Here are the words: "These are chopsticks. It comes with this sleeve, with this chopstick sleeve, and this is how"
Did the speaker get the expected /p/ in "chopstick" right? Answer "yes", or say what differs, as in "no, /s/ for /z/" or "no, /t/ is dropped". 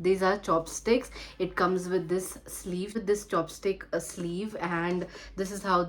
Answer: yes